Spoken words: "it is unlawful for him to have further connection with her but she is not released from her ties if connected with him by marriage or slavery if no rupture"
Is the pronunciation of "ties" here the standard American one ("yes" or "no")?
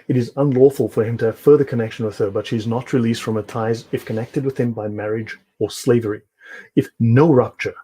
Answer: yes